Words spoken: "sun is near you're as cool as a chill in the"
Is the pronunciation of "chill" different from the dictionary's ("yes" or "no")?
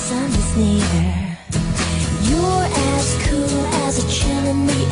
yes